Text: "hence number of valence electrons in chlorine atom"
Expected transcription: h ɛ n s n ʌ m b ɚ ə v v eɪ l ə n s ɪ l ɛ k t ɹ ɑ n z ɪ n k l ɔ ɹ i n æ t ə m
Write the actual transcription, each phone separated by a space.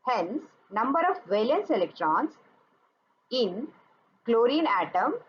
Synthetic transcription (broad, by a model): h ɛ n s n ʌ m b ɚ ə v v eɪ l ə n s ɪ l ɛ k t ɹ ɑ n s ɪ n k l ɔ ɹ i n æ t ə m